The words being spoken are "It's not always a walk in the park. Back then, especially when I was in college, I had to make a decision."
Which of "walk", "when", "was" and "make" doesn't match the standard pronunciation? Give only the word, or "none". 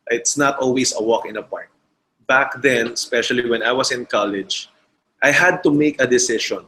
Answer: was